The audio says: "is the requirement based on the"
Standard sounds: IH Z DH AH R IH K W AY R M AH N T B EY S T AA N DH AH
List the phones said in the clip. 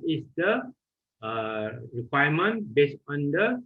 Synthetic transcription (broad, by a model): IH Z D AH R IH K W AY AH M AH N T B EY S AA N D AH